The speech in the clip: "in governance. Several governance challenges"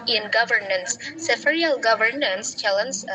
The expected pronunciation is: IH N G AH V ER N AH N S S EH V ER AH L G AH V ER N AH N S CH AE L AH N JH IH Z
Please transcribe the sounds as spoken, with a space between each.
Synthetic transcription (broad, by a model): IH N G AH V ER N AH N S S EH F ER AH L G AH V ER N AH N S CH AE L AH N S